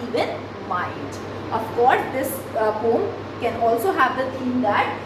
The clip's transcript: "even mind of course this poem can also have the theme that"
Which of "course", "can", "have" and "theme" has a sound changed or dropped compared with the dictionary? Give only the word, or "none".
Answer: theme